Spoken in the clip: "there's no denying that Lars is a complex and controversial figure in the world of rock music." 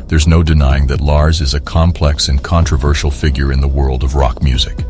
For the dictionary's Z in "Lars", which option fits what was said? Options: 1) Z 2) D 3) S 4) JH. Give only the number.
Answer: 1